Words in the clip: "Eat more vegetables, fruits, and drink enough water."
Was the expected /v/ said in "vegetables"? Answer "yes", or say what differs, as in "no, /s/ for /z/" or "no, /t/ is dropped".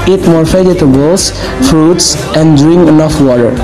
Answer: no, /f/ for /v/